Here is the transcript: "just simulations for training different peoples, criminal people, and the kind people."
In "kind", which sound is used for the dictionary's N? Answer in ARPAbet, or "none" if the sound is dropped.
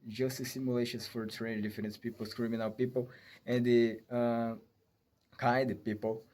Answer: none